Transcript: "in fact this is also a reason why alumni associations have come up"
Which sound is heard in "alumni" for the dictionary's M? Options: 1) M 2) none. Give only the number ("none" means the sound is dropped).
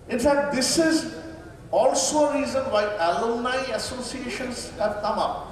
2